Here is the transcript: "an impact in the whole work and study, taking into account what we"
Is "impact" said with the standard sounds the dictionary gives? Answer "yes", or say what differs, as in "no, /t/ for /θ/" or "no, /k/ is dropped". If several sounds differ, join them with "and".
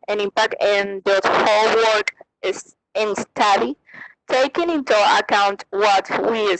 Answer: no, /t/ is dropped